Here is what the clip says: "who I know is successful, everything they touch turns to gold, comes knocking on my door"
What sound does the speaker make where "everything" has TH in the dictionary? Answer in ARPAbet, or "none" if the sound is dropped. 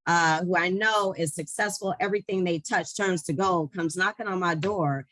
TH